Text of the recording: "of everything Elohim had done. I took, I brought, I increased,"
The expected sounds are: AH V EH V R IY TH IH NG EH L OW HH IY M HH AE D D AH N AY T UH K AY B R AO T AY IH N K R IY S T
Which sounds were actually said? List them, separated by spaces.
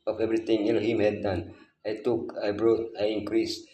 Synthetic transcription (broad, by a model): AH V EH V R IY T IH NG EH N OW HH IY M HH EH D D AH N AY T UH K AY B R AO T AY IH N K R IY S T